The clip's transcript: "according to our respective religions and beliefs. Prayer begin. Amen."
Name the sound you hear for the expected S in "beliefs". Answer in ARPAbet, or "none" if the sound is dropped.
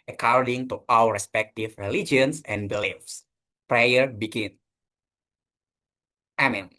S